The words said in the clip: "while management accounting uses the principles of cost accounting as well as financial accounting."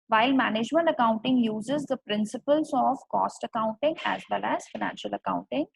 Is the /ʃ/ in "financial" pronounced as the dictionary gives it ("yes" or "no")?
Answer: yes